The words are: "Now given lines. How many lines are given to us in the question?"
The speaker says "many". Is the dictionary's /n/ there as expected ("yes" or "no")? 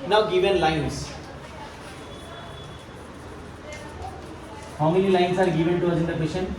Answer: no